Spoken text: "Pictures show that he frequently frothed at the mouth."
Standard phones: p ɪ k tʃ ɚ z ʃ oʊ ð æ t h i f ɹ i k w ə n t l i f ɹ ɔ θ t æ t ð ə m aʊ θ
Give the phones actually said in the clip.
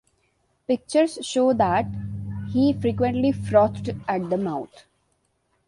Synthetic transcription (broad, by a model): p ɪ k tʃ ɚ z ʃ oʊ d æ t h i f ɹ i k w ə n t l i f ɹ ɔ t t æ t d ə m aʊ t